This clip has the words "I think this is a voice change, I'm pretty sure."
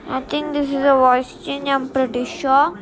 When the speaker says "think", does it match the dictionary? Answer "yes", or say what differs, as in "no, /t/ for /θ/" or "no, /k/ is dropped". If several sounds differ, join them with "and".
no, /t/ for /θ/